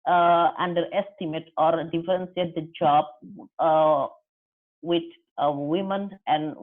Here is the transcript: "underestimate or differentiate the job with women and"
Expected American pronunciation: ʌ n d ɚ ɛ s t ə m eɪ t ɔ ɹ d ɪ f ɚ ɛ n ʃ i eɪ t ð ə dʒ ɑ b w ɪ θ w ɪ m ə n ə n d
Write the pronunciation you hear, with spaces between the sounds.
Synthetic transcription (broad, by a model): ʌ n d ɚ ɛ s t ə m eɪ t ɔ ɹ d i f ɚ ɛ n s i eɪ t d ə dʒ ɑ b w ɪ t w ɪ m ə n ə n